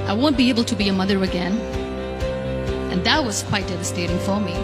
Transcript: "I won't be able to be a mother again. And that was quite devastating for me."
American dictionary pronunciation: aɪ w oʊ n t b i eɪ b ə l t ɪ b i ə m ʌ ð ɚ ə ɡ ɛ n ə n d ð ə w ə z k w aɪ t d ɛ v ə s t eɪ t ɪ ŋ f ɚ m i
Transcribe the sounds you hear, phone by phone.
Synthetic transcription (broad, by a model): aɪ w oʊ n b i eɪ b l t ɪ b i ə m ʌ ð ɚ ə ɡ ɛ n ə n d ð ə w ə z k w aɪ t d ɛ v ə s t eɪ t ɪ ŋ f ɚ m i